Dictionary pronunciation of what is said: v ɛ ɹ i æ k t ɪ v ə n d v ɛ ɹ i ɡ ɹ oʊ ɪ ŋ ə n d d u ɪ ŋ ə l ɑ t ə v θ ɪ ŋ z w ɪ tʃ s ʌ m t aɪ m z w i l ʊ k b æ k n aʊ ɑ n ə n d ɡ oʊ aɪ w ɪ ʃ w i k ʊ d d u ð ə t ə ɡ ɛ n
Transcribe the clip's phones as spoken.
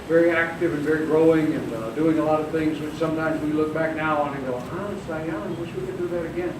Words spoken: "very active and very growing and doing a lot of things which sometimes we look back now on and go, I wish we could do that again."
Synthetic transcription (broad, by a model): v ɛ ɹ i æ k t ɪ v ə n v ɛ ɹ i ɡ ɹ oʊ ɪ ŋ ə n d d u ɪ ŋ ə l ɑ t ə v θ ɪ ŋ z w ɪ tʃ s ʌ m t aɪ m z w i l ʊ k b æ k n aʊ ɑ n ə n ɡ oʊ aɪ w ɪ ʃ w i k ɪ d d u ð ə t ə ɡ ɛ n